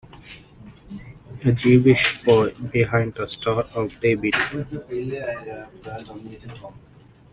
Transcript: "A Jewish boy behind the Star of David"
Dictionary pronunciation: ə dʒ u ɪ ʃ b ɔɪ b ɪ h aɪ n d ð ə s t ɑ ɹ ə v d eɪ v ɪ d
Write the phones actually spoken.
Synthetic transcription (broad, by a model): ə dʒ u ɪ ʃ b ɔɪ b ɪ h aɪ n d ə s t ɑ ɹ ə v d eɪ b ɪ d